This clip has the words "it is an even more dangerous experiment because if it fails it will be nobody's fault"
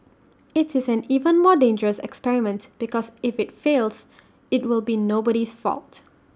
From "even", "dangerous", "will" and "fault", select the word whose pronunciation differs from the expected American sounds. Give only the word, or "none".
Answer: none